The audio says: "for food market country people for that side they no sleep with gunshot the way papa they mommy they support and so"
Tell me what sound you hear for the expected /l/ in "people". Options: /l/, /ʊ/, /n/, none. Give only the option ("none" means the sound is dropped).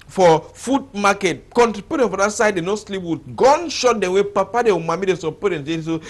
/n/